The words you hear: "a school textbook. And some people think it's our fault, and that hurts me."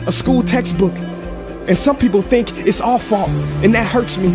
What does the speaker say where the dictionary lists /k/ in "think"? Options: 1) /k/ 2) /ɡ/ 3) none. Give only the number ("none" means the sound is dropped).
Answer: 1